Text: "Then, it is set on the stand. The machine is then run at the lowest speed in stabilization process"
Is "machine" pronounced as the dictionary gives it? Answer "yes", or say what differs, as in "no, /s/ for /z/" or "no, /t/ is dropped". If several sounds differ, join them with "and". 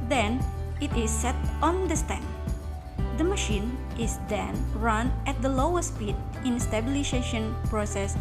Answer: yes